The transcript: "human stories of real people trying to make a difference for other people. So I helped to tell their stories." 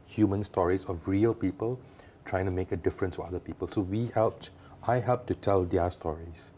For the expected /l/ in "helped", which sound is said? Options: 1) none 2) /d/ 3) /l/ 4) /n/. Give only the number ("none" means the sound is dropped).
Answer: 3